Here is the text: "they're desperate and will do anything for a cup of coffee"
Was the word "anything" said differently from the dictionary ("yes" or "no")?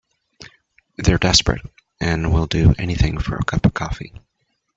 no